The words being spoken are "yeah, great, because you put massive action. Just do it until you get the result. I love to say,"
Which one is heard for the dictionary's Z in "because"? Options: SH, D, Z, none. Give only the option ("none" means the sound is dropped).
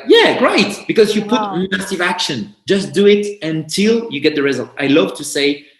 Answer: Z